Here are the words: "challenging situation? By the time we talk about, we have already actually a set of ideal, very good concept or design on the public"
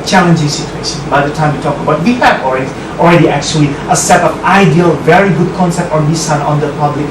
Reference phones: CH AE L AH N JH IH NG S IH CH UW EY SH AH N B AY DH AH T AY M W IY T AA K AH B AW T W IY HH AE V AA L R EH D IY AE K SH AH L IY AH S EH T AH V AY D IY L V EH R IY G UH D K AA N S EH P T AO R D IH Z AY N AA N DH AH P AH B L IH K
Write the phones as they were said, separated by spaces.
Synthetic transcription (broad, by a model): CH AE L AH N JH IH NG S IH CH UW EY SH AH N B AY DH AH T AY M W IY T AA K AH B AW T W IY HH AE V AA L R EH D IY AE K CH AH L IY AH S EH T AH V AY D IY L V EH R IY G UH D K AA N S EH P T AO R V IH S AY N AA N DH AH P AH B L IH K